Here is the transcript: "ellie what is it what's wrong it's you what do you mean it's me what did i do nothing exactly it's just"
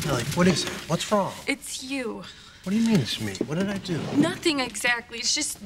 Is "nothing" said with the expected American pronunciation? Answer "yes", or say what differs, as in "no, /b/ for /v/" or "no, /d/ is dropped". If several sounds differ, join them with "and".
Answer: yes